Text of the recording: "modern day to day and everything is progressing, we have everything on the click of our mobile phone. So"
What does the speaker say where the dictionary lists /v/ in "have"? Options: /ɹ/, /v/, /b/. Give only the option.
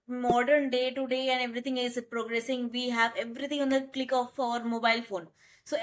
/v/